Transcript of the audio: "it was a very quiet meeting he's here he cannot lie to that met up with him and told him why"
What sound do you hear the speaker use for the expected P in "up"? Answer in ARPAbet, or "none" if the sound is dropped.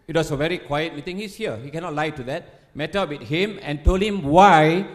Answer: B